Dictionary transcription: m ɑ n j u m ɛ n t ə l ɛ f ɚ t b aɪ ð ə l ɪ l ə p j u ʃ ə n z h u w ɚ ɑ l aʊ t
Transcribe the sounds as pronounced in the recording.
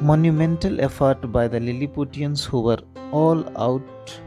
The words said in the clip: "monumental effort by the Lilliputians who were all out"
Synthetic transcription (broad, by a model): m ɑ n j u m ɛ n t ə l ɛ f ɚ t b aɪ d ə l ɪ l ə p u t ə n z h u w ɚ ɑ l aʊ t